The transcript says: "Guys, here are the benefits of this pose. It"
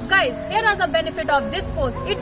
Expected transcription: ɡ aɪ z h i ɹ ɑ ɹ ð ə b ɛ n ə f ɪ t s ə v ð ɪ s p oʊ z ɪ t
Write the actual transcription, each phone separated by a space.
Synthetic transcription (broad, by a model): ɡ aɪ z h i ɹ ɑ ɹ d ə b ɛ n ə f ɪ t ə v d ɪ s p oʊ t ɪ t